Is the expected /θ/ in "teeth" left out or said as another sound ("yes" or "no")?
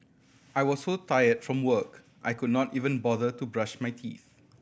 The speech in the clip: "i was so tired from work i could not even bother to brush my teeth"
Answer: no